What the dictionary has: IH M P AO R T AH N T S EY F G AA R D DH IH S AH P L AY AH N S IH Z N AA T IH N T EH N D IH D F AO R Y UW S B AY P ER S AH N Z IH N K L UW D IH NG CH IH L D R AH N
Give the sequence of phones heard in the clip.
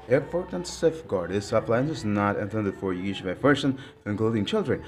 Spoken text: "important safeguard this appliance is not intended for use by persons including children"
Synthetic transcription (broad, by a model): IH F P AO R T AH N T S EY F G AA R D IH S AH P L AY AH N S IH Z N AA T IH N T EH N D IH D F AO R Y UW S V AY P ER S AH N IH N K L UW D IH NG CH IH L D R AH N